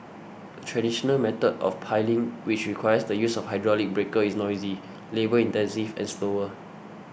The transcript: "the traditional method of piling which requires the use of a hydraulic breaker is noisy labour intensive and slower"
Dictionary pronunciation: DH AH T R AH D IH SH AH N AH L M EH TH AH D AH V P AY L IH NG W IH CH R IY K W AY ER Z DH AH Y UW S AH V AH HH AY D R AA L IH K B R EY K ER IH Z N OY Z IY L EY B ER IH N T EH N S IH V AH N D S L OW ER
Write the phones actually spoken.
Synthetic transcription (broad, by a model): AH T R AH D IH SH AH N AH L M EH T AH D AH F P AY L IH NG W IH CH R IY K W AY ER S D AH Y UW S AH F HH AY D R AA L IH K B R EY K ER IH S N OY Z IY L EY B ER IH N T EH N S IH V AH N S L OW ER